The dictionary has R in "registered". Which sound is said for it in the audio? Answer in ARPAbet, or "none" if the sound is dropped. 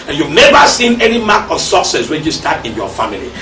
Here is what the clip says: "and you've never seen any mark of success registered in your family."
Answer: W